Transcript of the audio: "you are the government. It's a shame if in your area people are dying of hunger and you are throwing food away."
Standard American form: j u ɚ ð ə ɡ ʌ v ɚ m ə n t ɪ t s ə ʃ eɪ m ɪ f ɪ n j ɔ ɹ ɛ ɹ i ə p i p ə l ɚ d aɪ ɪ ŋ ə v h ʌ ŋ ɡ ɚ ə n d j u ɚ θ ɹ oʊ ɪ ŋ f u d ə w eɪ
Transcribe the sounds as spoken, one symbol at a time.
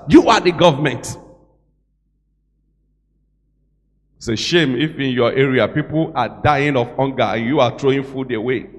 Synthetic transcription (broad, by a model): j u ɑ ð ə ɡ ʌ v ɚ m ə n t t s ə ʃ eɪ m ɪ f ɪ n j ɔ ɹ ɛ ɹ i ə p i p ə l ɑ d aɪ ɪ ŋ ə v h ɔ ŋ ɡ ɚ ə n j u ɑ t ɹ oʊ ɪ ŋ f u d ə w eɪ